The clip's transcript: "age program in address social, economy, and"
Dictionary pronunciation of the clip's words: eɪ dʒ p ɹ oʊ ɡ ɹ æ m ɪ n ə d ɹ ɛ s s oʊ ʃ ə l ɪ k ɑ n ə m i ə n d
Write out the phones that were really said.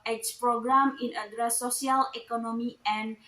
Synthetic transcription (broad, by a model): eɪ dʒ p ɹ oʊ ɡ ɹ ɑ m ɪ n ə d ɹ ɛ s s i ə l ɪ k ɑ n ə m i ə n